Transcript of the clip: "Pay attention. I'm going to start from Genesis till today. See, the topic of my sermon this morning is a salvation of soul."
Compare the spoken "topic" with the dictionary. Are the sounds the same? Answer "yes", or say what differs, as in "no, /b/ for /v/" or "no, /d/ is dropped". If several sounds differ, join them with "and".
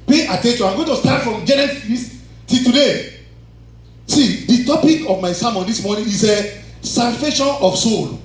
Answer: yes